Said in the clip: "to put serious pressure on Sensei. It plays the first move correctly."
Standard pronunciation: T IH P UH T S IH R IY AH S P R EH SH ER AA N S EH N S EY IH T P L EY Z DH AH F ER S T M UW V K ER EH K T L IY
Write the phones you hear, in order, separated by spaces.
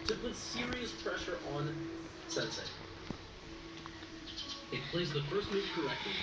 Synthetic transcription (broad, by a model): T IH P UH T S IH R IY AH S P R EH SH ER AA N S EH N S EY IH T P L EY Z DH AH F ER S T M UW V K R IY